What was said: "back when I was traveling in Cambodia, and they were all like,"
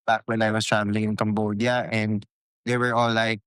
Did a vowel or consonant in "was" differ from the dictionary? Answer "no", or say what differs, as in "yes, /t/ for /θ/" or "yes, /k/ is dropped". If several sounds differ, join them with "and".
yes, /s/ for /z/